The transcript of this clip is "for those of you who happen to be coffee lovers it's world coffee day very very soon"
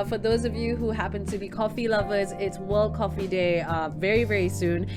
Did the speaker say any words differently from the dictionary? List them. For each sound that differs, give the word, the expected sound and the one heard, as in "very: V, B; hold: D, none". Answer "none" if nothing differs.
none